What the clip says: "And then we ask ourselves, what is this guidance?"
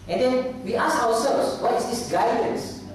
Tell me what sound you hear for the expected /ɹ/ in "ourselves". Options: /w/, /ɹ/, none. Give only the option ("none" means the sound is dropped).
/w/